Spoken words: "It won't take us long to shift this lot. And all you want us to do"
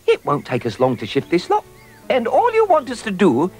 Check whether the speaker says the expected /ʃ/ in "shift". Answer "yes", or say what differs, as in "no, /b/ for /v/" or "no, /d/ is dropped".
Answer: yes